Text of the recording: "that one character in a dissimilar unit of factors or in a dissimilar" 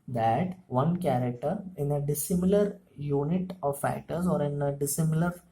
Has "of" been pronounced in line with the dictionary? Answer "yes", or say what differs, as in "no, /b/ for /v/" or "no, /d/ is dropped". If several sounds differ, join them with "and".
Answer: yes